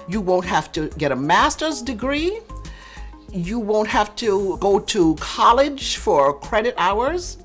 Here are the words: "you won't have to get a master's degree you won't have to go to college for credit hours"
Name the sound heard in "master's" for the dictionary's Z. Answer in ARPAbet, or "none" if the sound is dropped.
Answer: Z